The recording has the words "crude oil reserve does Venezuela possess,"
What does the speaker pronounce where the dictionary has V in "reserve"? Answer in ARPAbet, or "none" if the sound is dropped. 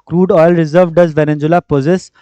V